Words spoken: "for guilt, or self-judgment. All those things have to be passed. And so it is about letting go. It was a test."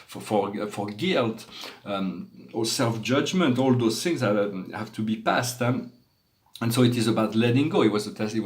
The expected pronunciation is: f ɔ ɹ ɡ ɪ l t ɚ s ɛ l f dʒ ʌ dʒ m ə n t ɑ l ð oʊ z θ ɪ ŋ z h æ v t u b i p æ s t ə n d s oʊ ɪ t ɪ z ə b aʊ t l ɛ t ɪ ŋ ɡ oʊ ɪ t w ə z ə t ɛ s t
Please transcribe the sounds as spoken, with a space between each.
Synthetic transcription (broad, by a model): f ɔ ɹ ɡ ɪ l t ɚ s ɛ l f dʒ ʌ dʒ m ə n t ɑ l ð oʊ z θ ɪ ŋ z h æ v t u b i p æ s t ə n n s oʊ ɪ t ɪ z ə b aʊ t l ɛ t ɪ ŋ ɡ oʊ ɪ t w ə z ə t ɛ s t